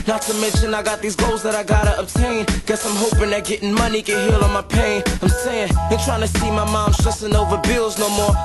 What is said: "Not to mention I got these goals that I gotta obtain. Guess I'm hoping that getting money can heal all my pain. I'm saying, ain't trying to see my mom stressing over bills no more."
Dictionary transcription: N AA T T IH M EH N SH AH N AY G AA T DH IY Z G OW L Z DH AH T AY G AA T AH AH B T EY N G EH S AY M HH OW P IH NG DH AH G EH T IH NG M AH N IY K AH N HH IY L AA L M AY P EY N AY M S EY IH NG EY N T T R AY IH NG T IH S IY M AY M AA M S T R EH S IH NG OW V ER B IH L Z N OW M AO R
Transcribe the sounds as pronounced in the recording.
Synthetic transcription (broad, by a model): N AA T T IH M EH N SH AH N AY G AA T DH IY Z G OW L Z DH AH T AY G AA T AH AH B T EY N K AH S AY M HH OW P IH NG DH AH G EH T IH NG M AH N IY K AH N HH IY L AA N M AY P EY N AY M S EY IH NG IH N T T R AY IH NG T IH S IY M AY M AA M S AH S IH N OW V ER B IH L Z N OW M AO R